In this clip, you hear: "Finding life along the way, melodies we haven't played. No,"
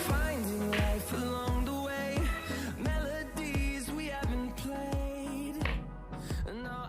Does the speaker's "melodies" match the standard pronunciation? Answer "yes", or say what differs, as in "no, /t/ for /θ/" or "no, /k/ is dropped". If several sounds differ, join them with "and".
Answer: yes